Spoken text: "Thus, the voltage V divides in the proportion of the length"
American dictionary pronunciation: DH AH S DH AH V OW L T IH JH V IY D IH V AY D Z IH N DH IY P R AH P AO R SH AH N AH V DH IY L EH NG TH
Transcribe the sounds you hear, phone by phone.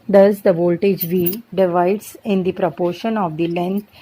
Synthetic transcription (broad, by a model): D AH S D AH V OW L T IH JH V IY D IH V AY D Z IH N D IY P R AH P AO R SH AH N AH V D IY L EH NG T